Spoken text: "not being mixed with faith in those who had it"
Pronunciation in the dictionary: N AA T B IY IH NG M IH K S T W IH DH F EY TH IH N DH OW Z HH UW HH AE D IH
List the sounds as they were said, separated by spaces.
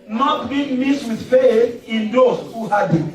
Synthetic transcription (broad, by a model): N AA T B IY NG M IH S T W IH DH F EY TH IH N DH OW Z HH UW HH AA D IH